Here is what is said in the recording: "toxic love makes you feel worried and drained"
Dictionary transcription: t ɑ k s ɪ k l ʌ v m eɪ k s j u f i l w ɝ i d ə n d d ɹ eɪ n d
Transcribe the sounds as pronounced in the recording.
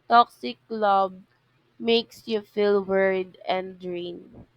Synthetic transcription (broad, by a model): t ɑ k s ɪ k l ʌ b m eɪ k s j u f i l w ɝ d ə n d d ɹ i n